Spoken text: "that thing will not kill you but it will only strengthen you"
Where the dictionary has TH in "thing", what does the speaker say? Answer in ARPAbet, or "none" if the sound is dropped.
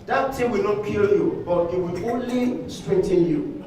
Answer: T